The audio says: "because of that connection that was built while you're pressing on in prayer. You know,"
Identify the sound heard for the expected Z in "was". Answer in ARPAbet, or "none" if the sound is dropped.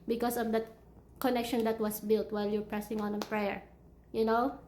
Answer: S